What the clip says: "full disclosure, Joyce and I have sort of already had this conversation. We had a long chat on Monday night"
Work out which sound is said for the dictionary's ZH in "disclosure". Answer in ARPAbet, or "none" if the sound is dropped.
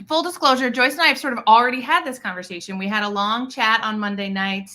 ZH